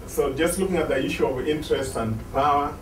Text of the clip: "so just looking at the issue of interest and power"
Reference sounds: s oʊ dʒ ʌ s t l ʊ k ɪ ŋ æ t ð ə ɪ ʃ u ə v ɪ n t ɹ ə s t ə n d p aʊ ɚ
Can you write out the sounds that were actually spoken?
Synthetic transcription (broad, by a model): s oʊ dʒ ʌ s t l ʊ k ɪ ŋ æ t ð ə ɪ ʃ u ə v ɪ n t ɹ ə s t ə n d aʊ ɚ